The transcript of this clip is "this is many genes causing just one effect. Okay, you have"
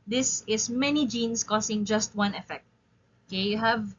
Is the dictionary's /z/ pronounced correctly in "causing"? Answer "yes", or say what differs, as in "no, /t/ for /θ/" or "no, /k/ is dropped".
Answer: no, /s/ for /z/